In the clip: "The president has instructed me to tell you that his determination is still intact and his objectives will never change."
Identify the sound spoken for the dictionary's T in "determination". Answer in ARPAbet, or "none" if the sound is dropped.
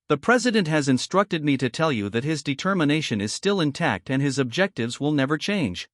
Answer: T